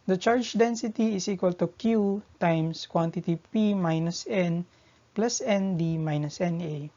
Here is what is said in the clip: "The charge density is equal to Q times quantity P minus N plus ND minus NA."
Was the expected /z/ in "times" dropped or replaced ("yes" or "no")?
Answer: yes